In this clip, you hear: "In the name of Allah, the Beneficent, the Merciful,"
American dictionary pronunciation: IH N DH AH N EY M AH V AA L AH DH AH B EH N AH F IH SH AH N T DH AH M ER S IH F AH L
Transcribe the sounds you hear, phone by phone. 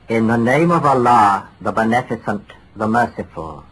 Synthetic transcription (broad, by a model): IH N DH AH N EY M AH V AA L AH DH AH B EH N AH F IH S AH N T DH AH M ER S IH F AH L